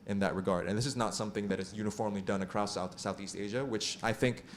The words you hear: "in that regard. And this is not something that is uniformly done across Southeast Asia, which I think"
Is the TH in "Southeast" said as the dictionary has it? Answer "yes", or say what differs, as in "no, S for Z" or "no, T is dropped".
yes